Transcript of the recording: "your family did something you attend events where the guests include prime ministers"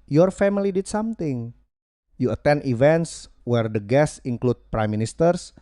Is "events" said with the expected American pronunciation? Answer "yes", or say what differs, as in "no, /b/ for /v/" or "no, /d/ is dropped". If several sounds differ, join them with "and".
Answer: yes